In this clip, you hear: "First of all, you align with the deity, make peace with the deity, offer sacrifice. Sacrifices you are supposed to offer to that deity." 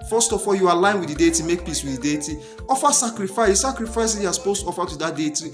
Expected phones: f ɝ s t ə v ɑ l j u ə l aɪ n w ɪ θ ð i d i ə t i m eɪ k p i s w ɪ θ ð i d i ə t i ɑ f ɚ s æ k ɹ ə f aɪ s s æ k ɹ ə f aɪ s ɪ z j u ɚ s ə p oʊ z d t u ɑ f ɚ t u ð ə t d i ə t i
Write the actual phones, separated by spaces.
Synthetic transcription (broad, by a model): f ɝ s t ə f ɑ l j u ə l aɪ n w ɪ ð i d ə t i m eɪ k p i s w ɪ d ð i d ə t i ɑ f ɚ s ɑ k ɹ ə f aɪ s s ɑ k ɹ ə f aɪ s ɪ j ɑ s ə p oʊ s t u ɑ f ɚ t u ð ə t d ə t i